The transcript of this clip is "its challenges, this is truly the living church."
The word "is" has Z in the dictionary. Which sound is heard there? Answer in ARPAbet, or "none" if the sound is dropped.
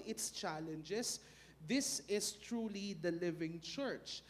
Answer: S